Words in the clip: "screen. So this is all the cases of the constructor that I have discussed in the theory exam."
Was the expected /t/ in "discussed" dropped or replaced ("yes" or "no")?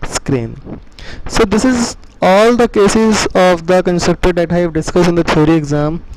yes